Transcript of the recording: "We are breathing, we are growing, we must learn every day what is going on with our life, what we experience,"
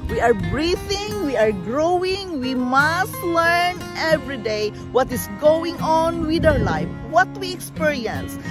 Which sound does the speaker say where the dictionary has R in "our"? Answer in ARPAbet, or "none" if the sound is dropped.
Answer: W